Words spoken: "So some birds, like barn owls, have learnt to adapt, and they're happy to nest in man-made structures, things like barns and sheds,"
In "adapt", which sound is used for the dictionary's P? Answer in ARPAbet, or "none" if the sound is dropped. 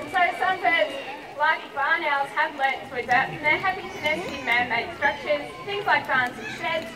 none